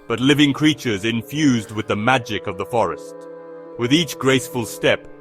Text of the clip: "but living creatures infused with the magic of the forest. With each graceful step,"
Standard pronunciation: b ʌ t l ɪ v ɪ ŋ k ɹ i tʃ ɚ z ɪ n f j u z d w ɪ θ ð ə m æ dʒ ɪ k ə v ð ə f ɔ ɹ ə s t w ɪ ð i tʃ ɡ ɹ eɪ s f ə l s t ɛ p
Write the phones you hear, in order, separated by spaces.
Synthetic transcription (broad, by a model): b ʌ t l ɪ v ɪ ŋ k ɹ i tʃ ɚ z ɪ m f j u z d w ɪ ð ə m æ dʒ ɪ k ə v ð ə f ɔ ɹ ə s t w ɪ ð i tʃ ɡ ɹ eɪ s f ə l s t ɛ p